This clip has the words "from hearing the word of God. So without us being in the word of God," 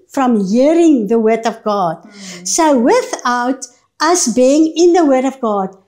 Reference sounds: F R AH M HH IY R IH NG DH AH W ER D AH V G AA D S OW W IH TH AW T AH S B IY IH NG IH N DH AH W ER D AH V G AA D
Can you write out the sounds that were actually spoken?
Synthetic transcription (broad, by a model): F R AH M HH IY R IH NG DH AH W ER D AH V G AA D S OW W IH TH AW T AH S B IY IH NG IH N DH AH W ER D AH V G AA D